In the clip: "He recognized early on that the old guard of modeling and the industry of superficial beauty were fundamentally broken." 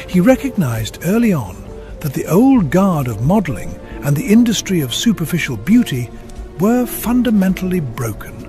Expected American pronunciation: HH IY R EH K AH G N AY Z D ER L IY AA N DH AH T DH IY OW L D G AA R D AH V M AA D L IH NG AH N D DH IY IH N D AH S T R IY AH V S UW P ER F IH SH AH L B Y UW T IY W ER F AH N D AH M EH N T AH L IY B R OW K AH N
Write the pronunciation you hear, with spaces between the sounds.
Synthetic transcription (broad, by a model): HH IY R EH K AH G N AY Z D ER L IY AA N DH AH T DH IY OW L D G AA R D AH V M AA D L IH NG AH N DH IY IH N D AH S T R IY AH V S UW P ER F IH SH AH L B Y UW T IY W ER F AH N D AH M EH N T L IY B R OW K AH N